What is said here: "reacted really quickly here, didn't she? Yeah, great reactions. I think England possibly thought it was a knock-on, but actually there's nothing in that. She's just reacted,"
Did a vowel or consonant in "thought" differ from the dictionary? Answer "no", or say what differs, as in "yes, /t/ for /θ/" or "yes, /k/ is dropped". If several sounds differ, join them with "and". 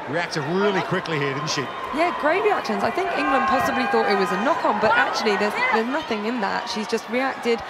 no